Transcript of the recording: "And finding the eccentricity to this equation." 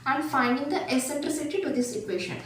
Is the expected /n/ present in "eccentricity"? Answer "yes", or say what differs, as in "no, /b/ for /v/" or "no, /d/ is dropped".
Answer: no, /n/ is dropped